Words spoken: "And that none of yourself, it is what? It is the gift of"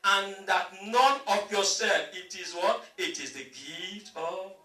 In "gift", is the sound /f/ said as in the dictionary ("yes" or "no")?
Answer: no